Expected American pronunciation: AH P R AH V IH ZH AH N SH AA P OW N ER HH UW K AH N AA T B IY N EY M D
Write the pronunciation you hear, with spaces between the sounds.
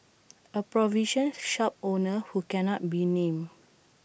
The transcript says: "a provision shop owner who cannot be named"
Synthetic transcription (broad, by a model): AH P R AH V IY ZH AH N SH AA P OW N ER HH UW K AH N AA T B IY N EY M